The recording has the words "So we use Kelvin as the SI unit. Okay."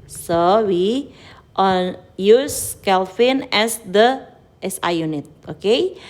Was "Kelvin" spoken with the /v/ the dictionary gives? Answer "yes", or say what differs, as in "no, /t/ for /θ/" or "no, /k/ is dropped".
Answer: no, /f/ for /v/